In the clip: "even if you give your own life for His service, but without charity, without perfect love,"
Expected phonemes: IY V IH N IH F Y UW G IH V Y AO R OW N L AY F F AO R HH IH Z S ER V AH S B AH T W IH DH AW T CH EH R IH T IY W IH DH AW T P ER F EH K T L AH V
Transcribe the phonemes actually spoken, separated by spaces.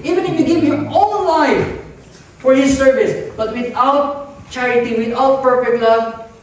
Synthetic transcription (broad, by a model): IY V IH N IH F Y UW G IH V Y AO L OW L AY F F AO R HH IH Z S ER V AH S B AH T W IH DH AW T CH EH R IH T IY W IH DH AW T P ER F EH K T L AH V